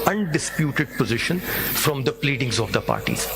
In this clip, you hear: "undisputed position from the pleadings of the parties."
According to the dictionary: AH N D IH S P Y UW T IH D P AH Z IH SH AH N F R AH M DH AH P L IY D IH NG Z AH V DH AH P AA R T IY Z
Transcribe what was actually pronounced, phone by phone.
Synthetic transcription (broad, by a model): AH N D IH S P Y UW T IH D P AH Z IH SH AH N F R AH M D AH P L IY D IH NG Z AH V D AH P AA R T IY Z